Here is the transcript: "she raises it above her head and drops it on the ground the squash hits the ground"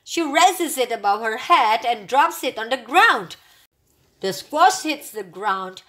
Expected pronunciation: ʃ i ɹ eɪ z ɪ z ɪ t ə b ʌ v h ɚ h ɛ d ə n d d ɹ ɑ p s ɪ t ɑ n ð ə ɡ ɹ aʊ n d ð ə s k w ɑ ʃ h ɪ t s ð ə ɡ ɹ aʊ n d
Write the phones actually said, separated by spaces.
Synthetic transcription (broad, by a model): ʃ i ɹ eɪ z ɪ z ɪ t ə b ʌ v h ɚ h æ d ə n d d ɹ ɑ p s ɪ t ɑ n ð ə ɡ ɹ aʊ n d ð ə s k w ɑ s h ɪ t s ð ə ɡ ɹ aʊ n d